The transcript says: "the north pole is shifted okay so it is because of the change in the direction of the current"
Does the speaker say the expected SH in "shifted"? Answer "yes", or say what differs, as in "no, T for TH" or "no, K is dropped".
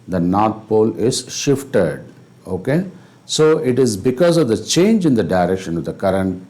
yes